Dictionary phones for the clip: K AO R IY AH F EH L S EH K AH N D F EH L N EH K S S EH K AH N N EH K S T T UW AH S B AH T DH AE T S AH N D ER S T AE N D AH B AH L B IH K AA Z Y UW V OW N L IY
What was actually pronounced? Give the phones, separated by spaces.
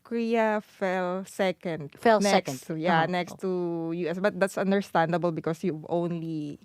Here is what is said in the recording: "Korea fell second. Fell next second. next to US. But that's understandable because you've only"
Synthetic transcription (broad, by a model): K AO R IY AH F EH L S EH K AH N D F EH L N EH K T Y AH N N EH K S T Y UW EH S B AH T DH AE T S AH N D ER S T AE N D AH B AH L B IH K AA S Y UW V OW N L IY